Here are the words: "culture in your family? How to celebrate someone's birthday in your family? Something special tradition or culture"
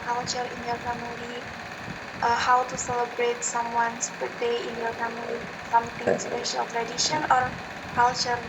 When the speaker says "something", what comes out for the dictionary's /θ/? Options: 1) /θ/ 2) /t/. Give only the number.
2